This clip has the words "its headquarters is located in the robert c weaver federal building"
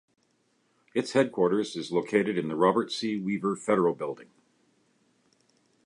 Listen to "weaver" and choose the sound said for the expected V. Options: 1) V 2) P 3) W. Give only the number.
1